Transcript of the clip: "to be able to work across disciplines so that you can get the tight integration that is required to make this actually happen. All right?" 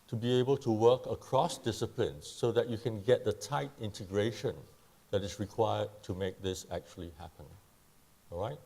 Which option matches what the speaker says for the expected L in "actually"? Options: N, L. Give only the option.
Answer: L